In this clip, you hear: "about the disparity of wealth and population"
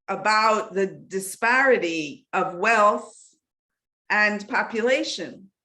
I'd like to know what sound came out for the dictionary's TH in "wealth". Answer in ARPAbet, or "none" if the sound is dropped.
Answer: TH